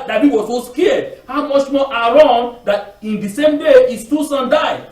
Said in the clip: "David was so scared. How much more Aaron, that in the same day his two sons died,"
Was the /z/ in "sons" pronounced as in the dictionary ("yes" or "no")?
no